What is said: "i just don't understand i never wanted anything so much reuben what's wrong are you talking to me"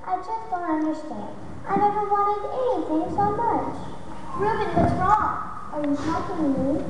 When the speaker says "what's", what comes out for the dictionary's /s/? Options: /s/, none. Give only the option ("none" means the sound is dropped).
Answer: none